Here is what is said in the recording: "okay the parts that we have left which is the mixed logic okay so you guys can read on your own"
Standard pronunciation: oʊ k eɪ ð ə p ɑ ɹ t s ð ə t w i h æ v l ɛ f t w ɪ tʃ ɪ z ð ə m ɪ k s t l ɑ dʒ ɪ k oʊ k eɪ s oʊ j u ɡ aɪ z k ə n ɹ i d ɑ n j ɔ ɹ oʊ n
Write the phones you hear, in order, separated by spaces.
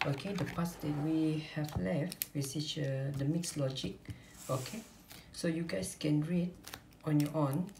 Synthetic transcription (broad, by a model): oʊ k eɪ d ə p ɑ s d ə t w i h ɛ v l ɛ f t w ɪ s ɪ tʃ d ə m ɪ k s l ɑ dʒ ɪ k oʊ k eɪ s oʊ j u ɡ aɪ s k ə n ɹ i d ɑ n j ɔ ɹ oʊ n